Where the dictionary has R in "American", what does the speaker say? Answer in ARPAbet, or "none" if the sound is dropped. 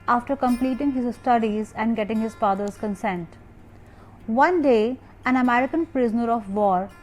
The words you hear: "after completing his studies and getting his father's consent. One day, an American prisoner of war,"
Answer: R